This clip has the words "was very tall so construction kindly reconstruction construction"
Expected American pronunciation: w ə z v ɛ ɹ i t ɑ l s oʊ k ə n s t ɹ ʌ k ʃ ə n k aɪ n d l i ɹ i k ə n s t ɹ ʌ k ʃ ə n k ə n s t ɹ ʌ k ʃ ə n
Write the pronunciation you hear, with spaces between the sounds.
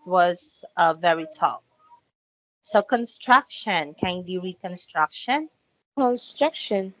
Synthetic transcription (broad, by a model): w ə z v ɛ ɹ i t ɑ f s oʊ k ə n s t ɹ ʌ k ʃ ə n k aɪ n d i ɹ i k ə n s t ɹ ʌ k ʃ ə n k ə n s t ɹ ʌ k ʃ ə n